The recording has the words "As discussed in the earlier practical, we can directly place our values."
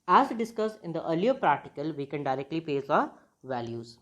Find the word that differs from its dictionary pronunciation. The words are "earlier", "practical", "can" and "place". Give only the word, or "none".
place